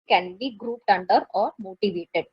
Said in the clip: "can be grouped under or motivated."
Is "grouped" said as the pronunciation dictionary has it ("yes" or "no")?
yes